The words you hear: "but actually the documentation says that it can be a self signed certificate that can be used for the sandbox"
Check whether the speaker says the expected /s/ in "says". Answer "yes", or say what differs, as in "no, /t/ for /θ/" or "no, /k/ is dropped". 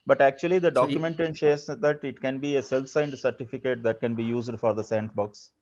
no, /ʃ/ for /s/